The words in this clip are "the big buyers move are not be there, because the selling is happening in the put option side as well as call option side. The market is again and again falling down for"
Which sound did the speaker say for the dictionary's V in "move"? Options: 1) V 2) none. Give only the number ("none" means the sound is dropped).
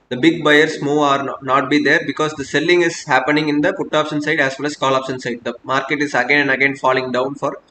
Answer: 2